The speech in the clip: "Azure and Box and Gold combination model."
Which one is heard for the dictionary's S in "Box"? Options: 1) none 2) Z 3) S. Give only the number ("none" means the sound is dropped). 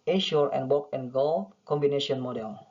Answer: 1